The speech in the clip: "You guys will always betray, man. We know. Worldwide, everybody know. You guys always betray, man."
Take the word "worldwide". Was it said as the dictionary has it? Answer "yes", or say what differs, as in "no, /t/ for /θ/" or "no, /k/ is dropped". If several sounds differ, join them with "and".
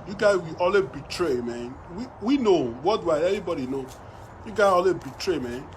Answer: no, /l/ is dropped and /d/ is dropped